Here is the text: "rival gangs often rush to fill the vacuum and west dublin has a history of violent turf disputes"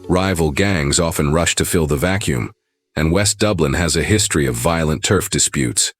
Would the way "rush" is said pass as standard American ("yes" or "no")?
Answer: yes